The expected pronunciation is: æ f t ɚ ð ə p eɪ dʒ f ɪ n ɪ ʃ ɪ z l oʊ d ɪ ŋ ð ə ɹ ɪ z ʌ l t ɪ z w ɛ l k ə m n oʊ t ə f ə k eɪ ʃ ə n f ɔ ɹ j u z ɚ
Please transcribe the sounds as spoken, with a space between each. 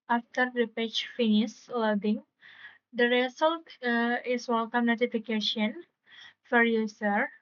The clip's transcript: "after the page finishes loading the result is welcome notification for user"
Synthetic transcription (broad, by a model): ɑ f t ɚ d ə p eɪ tʃ f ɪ n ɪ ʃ l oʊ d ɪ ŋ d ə ɹ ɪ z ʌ l t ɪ s w ɛ l k ə m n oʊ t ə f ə k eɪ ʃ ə n f ɔ ɹ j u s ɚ